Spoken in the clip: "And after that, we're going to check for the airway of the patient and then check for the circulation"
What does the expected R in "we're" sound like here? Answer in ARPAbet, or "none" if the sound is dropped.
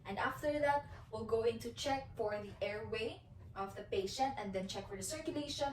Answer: L